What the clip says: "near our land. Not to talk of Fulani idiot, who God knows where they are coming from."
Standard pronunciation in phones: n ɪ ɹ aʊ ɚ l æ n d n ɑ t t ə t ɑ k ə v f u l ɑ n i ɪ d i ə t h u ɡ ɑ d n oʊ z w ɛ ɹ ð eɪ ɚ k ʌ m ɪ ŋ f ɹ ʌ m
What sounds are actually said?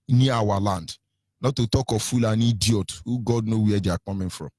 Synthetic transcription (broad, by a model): n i aʊ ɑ l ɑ n d n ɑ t t ə t ɑ k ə f u l ɑ n i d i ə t h u ɡ ɑ d n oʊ w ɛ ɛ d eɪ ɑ k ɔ m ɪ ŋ f ɹ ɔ m